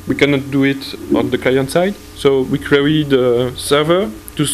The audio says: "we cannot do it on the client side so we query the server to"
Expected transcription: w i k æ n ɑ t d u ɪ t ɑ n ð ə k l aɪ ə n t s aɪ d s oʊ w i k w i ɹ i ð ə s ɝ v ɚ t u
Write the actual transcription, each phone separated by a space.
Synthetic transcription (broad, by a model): w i k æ n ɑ t d u ɪ t ɑ n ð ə k l aɪ ə n t s aɪ d s oʊ w i k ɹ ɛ i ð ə s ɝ v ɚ t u